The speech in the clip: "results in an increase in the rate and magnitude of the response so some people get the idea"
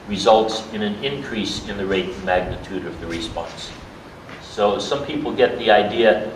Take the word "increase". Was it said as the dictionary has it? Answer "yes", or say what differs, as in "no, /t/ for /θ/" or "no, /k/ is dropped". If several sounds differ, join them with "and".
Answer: yes